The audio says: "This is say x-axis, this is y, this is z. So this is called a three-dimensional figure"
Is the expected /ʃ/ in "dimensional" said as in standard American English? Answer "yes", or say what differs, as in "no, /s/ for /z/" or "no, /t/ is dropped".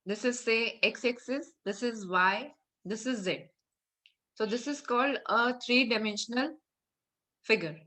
yes